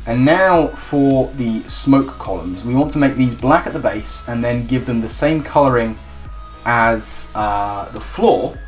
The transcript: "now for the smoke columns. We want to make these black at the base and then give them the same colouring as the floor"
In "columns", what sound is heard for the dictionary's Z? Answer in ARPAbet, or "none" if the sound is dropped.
Z